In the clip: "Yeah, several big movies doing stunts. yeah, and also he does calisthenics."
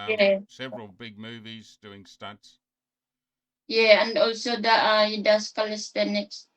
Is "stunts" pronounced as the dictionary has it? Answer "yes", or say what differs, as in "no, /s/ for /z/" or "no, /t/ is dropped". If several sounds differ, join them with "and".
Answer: no, /n/ is dropped